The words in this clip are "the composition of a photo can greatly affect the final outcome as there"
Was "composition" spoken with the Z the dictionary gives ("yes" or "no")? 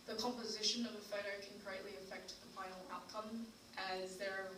yes